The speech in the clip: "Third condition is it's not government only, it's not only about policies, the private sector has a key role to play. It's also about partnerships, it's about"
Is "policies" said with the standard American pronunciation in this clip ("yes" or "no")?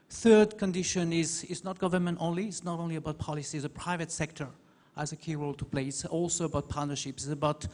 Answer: yes